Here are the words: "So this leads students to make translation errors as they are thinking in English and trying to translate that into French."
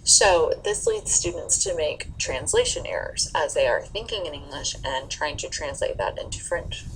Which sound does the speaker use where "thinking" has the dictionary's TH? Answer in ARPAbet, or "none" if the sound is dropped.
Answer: TH